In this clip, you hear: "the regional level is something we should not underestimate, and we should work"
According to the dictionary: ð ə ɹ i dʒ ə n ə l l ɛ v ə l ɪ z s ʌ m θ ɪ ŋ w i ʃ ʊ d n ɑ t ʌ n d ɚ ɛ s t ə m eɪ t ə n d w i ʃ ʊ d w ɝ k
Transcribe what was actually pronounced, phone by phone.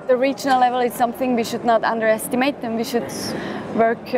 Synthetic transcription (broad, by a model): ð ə ɹ i dʒ ə n ə l l ɛ v ə l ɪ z s ʌ m θ ɪ ŋ w i ʃ ʊ d n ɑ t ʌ n d ɚ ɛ s t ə m eɪ t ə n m w i ʃ ʊ d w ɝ k